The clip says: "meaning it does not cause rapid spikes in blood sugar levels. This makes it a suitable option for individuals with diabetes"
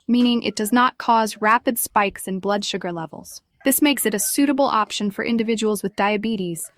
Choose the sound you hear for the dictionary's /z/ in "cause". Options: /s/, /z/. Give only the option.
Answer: /z/